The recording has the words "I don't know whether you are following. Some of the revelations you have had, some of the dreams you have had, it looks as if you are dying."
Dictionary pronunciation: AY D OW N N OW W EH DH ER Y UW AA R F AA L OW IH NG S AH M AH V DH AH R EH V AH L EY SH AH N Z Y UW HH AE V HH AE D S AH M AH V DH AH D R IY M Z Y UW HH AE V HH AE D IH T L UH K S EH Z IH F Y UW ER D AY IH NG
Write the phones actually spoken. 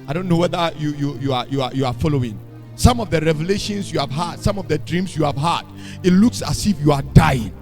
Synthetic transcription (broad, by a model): AY D OW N N OW W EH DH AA Y UW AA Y F AA L OW IH NG S AH M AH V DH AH R EH V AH L EY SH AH N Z Y UW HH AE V HH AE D S AH M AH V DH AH D R IY M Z Y UW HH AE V HH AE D IH T L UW K S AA S IH F Y UW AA D AY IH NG